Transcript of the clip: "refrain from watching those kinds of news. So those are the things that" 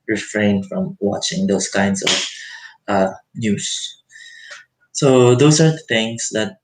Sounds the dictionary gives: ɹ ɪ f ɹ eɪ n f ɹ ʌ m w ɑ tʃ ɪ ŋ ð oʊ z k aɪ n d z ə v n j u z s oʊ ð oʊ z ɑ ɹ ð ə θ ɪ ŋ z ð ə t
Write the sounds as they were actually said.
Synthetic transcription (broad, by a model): ɹ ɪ f ɹ eɪ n f ɹ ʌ m w ɑ tʃ ɪ ŋ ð oʊ s k aɪ n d s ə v n j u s s oʊ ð oʊ s ɑ ɹ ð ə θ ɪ ŋ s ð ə t